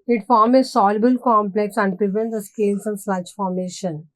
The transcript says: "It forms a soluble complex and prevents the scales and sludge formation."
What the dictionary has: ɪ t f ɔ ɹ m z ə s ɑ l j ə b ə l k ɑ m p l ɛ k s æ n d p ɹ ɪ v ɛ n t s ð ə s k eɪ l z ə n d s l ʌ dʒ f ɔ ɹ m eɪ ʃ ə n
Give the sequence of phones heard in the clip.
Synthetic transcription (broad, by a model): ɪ t f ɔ ɹ m ə s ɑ l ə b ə l k ɑ m p l ɛ k s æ n d p ɹ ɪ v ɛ n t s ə s k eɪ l s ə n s ʌ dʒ f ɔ ɹ m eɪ ʃ ə n